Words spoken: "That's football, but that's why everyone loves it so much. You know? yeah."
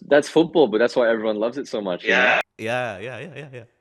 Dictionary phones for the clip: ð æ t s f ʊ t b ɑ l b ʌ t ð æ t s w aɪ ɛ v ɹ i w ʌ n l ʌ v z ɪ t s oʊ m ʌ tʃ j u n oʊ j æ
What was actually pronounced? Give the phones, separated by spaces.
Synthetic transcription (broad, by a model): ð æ t s f ʊ t b ɑ l b ʌ t ð æ t s w aɪ ɛ v ɹ i w ʌ n l ʌ v z ɪ t s oʊ m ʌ tʃ j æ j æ j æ